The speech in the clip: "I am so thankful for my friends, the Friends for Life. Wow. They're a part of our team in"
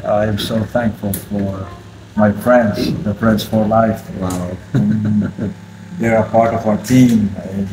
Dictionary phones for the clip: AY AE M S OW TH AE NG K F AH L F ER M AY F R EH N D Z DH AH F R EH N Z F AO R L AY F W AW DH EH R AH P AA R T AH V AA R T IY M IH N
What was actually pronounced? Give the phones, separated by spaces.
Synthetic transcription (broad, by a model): AY M S OW TH AE NG K F AH L F ER M AY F R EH N D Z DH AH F R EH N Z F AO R L AY F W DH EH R AH P AA R T AH V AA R T IY M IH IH